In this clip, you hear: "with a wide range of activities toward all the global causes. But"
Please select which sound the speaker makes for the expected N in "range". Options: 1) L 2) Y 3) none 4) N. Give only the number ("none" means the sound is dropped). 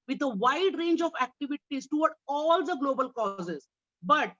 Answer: 4